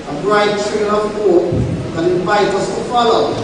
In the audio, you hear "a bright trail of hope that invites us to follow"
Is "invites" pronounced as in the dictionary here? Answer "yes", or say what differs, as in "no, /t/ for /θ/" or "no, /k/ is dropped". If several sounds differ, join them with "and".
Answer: no, /s/ is dropped